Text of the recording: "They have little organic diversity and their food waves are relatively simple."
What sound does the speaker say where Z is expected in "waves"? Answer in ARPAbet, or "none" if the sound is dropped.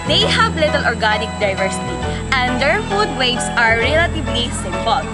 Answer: S